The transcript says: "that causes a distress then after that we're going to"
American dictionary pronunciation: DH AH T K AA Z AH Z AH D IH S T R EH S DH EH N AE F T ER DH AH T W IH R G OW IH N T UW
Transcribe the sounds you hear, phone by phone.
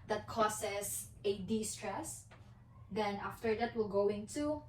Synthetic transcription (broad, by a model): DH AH T K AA S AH S AH D IH S T R EH S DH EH N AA F T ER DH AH T W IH L G OW IH N T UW